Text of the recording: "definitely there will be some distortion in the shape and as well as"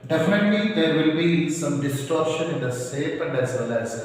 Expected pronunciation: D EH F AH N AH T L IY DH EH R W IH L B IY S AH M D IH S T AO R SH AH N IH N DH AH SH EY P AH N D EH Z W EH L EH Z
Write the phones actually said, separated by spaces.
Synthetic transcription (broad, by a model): D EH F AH N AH T L IY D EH R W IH L B IY S AH M D IH S T AO R SH AH N IH N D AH S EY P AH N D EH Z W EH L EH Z